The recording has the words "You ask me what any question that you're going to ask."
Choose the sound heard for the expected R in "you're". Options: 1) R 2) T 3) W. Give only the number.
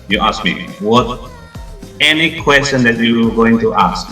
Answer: 3